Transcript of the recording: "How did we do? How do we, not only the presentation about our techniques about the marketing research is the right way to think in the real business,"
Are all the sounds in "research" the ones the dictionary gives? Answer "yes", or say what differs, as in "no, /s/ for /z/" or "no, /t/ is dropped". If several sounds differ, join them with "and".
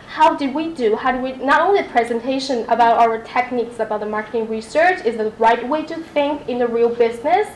yes